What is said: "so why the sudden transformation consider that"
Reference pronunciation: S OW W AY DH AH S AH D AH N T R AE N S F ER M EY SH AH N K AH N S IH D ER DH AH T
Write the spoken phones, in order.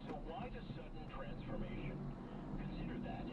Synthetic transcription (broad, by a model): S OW W AY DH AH S AH D N T R AE N S F ER M EY SH AH N K AH N S IH D ER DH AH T